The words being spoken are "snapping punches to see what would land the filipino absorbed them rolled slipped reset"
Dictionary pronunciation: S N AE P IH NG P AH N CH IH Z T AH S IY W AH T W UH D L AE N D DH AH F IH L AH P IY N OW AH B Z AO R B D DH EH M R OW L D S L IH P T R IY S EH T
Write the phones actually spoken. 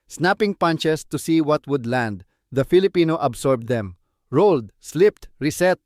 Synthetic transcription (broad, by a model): S N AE P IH NG P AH N CH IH S T AH S IY W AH T W UH D L AE N D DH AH F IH L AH P IY N OW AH B S AO R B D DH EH M R OW L D S L IH P T R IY S EH T